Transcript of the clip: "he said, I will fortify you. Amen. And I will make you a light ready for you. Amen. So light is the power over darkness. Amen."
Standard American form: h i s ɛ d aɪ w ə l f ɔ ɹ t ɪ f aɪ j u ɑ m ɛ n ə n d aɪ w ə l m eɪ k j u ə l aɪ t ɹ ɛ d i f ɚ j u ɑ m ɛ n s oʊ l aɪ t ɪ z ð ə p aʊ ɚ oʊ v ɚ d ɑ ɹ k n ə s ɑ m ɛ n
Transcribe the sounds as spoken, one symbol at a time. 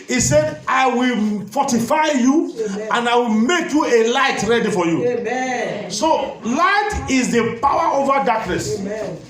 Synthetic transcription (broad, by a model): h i s ɛ d aɪ w ə l f ɔ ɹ t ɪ f aɪ j u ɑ n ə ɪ w ə l m eɪ k j u ə l aɪ t ɹ ɛ d i f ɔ j u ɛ s oʊ l aɪ t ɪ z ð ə p aʊ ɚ oʊ v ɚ d ɑ k n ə s